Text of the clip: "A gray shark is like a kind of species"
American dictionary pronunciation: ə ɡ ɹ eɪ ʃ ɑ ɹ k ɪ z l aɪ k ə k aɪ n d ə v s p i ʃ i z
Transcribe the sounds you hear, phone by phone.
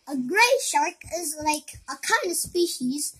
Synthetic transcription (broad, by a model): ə ɡ ɹ eɪ ʃ ɑ ɹ k ɪ z l aɪ k ə k aɪ n d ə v s p i ʃ i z